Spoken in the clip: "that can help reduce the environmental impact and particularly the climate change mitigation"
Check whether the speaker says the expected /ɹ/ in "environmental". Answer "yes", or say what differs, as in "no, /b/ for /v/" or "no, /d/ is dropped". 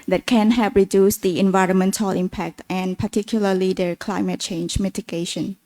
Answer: yes